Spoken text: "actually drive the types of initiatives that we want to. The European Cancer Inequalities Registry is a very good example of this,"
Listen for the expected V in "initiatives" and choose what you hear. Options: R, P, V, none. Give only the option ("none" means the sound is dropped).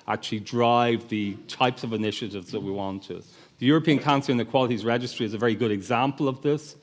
V